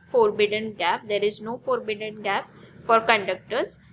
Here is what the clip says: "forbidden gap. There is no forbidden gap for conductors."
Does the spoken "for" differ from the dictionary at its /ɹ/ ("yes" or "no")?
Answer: no